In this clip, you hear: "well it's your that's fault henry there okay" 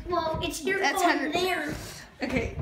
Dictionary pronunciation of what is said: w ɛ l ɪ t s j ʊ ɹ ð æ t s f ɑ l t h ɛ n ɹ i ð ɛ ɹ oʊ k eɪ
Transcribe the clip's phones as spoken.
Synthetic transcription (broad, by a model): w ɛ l ɪ t s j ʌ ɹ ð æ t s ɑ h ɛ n i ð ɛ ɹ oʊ k eɪ